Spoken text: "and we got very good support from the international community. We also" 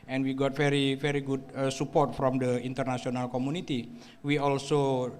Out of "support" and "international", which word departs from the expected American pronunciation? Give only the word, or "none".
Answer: international